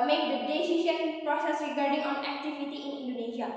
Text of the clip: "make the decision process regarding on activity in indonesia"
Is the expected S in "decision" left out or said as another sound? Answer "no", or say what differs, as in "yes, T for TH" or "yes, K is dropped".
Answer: yes, SH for S